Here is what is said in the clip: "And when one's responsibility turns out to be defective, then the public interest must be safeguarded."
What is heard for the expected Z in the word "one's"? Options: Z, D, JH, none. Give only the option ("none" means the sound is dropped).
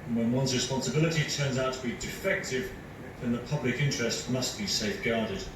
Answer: Z